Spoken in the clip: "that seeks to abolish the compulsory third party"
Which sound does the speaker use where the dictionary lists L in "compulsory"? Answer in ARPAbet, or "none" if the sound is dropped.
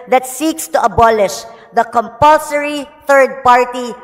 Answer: L